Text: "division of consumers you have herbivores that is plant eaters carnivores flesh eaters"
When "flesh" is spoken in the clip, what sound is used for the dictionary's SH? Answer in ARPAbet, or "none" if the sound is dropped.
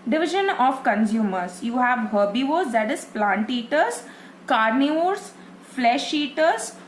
SH